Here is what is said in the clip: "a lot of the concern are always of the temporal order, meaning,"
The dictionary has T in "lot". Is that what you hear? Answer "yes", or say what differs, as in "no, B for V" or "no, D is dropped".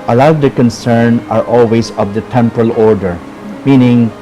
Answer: no, T is dropped